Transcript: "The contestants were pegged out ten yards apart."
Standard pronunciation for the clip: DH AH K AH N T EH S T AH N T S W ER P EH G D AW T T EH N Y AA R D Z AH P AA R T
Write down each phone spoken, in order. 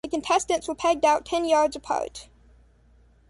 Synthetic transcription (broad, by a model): DH AH K AH N T EH S T AH N T S W ER P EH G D AW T T EH N Y AA R D Z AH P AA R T